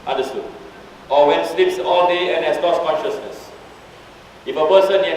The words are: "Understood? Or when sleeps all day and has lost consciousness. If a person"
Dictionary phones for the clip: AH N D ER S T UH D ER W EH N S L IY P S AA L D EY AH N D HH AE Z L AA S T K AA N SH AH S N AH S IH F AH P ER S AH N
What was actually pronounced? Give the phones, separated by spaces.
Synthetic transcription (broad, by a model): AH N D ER S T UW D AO W EH N S L IY P S AA L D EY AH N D HH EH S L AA S K AA N SH AH S N AH S IH F AH P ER S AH N